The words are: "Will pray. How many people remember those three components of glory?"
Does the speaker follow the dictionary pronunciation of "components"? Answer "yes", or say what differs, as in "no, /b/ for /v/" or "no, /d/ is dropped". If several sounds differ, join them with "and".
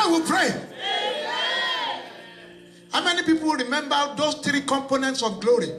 yes